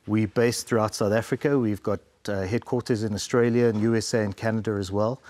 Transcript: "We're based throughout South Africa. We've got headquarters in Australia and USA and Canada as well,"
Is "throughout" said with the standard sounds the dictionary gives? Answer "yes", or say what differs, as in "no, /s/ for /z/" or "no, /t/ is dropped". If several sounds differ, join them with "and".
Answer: yes